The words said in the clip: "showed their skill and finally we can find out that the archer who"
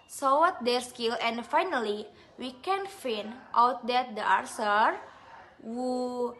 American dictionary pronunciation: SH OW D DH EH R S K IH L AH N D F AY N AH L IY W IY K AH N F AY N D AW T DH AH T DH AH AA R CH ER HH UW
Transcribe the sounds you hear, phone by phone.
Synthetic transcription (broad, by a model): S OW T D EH R S K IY L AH N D F AY N AH L IY W IY K AH N F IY N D AW T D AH T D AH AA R S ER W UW